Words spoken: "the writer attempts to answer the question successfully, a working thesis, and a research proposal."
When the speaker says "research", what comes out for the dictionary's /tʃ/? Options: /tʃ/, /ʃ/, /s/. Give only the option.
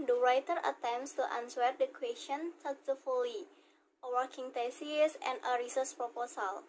/s/